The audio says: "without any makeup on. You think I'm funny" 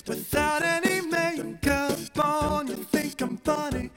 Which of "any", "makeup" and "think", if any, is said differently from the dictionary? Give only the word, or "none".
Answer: makeup